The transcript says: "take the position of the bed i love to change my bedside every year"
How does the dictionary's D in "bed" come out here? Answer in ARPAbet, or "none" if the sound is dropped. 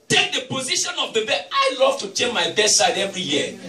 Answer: none